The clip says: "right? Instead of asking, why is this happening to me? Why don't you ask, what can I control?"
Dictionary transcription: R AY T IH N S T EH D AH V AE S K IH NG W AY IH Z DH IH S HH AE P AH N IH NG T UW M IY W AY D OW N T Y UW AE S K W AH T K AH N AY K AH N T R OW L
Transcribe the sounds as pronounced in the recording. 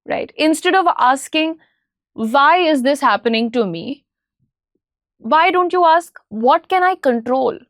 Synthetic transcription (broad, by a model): R AY T IH N S T EH D AH V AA S K IH NG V AY IH Z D IH S HH AE P AH N IH NG T UW M IY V AY D OW N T Y UW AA S K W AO T K AH N AY K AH N T R OW L